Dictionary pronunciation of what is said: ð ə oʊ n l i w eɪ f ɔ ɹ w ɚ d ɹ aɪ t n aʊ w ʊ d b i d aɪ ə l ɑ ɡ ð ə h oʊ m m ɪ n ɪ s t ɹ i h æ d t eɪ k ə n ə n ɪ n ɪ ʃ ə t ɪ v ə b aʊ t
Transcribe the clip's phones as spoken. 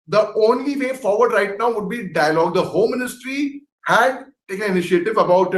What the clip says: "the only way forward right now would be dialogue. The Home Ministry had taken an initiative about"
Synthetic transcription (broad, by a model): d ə oʊ n l i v eɪ f ɔ ɹ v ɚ d ɹ aɪ t n aʊ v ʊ d b i d aɪ ə l ɑ ɡ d ə h oʊ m m ɪ n ɪ s t ɹ i h æ d t eɪ k ə n ə n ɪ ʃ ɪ ə t ɪ v ə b aʊ t